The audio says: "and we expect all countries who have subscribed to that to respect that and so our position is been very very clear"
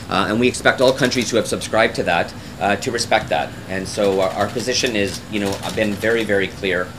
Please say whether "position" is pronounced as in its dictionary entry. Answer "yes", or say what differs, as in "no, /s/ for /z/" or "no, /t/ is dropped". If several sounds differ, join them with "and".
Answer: yes